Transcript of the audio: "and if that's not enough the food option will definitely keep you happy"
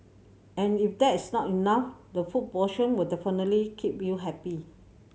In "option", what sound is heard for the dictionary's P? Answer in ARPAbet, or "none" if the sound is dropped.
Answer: none